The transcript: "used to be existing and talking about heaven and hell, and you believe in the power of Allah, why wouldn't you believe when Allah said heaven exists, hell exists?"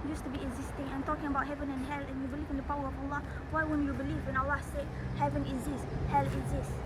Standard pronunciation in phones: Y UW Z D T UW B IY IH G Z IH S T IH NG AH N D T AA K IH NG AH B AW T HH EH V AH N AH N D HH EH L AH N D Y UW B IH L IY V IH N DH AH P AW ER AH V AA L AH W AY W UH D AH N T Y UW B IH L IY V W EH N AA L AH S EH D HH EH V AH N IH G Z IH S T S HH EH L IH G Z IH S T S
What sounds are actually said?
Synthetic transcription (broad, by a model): Y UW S T UW B IY IH G Z IH S T IH NG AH N T AA K IH NG AH B AW T HH EH V AH N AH N HH EH L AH N Y UW B IH L IY V IH N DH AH P AW ER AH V AA L AH W AY W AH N Y UW B IH L IY V W EH N AA L AH S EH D HH EH V AH N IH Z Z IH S S HH EH L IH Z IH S S